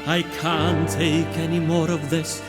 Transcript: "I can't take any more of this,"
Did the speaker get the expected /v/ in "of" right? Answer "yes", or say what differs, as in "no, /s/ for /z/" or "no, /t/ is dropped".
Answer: yes